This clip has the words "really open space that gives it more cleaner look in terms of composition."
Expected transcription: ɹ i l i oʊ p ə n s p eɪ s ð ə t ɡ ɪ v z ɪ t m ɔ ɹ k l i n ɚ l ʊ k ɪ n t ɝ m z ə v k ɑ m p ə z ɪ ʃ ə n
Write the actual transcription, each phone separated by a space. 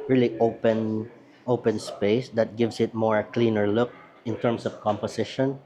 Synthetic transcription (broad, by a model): ɹ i l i oʊ p ə n s p eɪ s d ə t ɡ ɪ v s ɪ t m ɔ ɹ k l i n ɚ l ʊ k ɪ n t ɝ m s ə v k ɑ m p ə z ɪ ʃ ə n